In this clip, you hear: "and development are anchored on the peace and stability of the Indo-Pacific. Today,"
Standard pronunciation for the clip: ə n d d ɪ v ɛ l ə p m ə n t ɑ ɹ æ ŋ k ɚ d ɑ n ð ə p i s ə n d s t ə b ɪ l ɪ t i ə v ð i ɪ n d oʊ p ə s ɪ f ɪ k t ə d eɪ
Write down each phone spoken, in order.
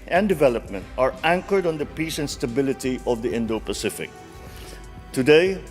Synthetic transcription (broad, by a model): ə n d d ɪ v ɛ l ə p m ə n t ɑ ɹ æ ŋ k ɚ d ɑ n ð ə p i s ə n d s t ə b ɪ l ɪ t i ə v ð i ɪ n d oʊ p ə s ɪ f ɪ k t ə d eɪ